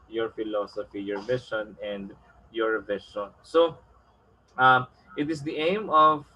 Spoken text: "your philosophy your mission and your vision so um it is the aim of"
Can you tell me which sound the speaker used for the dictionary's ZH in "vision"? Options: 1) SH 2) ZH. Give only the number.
1